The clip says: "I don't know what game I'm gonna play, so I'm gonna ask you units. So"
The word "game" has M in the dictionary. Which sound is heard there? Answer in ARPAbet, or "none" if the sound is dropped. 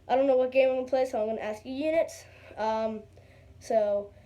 none